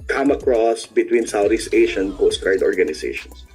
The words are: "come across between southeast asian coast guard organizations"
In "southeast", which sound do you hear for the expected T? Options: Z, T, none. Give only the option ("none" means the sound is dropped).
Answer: none